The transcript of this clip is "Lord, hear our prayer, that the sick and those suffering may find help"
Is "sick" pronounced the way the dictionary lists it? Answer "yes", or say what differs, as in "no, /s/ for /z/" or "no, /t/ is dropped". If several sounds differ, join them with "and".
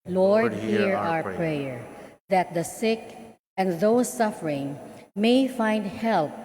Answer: yes